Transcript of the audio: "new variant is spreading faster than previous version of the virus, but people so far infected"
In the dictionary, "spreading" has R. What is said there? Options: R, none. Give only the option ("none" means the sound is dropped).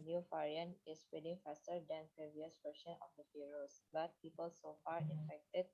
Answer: none